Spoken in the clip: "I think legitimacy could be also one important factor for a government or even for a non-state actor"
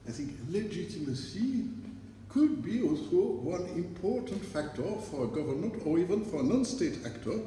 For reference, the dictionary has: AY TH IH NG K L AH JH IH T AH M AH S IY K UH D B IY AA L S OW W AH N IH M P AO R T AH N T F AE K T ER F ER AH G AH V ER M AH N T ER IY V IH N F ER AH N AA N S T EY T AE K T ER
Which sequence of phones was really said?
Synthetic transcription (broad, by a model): AY TH IH NG K L AH JH IH T AH M AH S IY K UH D B IY AA L S OW W AH N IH M P AO R T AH N T F AE K T ER F ER AH G AH V ER M AH N T ER IY V IH N F ER AH N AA N S T EY T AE K T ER